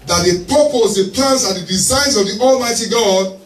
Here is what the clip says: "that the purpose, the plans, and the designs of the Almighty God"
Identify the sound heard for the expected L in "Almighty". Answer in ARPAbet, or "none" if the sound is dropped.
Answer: L